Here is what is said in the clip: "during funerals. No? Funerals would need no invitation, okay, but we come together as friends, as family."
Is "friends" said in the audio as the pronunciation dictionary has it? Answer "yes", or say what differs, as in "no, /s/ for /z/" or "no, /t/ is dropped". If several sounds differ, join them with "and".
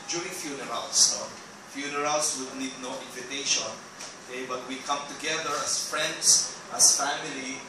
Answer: no, /s/ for /z/